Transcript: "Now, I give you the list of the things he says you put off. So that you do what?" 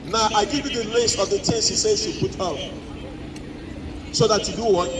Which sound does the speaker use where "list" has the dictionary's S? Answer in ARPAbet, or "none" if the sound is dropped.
S